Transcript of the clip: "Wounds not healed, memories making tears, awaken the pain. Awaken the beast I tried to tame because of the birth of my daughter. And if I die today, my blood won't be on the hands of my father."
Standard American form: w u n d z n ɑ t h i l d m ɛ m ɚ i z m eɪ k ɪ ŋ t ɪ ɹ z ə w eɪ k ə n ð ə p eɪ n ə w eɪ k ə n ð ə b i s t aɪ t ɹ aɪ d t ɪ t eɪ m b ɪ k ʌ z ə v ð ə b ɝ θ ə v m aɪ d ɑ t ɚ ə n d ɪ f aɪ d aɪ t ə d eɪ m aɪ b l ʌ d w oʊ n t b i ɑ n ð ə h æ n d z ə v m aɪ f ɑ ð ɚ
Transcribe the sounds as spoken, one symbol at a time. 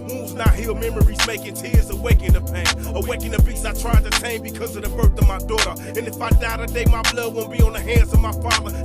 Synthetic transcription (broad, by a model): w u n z n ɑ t h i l m ɛ m ɚ i z m eɪ k ɪ ŋ t ɪ ɹ z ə w eɪ k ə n ð ə p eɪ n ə w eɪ k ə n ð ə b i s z aɪ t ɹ aɪ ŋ t ɪ t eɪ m b ɪ k ʌ z ə v ð ə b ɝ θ ə v m aɪ d ɑ t ɚ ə n ɪ f aɪ d aɪ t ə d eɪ m aɪ b l ʌ d w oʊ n b i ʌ n ð ə h æ n d z ə v m aɪ f ɑ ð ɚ